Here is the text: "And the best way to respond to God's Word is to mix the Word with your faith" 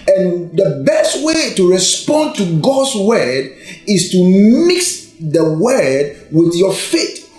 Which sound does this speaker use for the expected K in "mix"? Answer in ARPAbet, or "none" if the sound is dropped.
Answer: K